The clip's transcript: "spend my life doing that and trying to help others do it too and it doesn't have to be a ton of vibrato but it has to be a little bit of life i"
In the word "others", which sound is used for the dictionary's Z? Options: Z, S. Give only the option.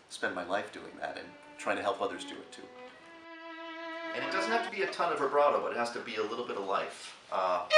Z